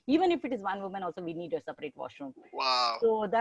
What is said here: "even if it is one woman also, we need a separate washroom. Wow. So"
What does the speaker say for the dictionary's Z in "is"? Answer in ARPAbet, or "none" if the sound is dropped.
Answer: Z